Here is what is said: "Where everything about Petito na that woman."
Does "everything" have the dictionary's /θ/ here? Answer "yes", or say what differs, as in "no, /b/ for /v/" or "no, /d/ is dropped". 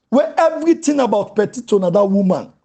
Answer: no, /t/ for /θ/